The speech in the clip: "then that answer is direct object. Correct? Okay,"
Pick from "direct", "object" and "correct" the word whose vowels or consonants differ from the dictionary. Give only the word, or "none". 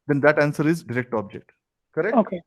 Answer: correct